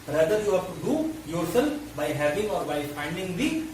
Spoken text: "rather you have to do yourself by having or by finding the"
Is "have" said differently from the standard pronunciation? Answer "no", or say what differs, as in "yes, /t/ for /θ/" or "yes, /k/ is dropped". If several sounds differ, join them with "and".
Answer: yes, /f/ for /v/